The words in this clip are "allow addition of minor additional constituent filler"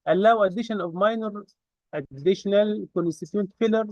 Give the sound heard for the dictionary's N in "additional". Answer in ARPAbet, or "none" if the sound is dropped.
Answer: N